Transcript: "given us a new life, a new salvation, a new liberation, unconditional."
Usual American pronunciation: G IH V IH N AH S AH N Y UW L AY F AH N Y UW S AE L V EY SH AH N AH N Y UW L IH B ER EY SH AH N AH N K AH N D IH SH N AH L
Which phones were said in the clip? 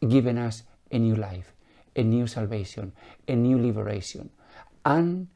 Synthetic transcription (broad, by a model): G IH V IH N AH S AH N Y UW L AY F AH N Y UW S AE L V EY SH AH N AH N Y UW L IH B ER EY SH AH AH N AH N N